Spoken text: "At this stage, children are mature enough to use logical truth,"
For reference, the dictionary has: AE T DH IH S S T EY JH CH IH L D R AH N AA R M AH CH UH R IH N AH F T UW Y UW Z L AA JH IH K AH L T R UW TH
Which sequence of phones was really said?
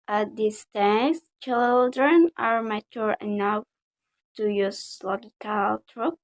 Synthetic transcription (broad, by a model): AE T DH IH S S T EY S CH IH L D R AH N AA R M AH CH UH R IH N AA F T UW Y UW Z L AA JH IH K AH L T R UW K